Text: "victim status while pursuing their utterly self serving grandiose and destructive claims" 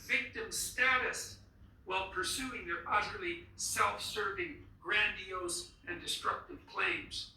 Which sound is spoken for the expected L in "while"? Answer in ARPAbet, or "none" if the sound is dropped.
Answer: L